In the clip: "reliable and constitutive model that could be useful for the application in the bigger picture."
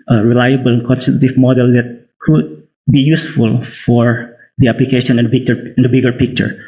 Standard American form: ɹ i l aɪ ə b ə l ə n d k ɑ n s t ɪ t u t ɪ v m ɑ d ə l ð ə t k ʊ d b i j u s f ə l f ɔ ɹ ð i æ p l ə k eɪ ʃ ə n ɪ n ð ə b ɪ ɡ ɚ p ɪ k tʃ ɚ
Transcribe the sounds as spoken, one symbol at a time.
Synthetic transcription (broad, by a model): ɹ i l aɪ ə b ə l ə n k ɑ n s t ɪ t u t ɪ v m ɑ d ə l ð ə t k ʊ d b i j u s f ə l f ɔ ɹ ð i æ p l ə k eɪ ʃ ə n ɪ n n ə b ɪ ɡ ɚ p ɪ k tʃ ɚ